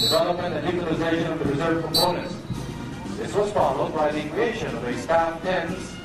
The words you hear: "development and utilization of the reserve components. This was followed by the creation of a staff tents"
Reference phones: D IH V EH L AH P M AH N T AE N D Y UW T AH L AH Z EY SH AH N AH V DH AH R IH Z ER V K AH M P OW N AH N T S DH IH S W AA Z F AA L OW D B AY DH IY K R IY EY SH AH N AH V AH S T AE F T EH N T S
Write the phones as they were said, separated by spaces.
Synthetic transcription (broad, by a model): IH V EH L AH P M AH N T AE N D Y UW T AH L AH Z EY SH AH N AH V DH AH R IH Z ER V K AH M P OW N AH N T S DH IH S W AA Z F AA L OW D B AY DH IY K IY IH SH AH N AH V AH S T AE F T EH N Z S